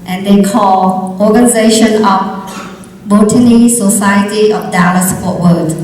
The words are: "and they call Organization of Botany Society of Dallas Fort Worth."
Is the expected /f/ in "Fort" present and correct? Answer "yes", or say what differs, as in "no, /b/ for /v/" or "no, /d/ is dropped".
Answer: no, /p/ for /f/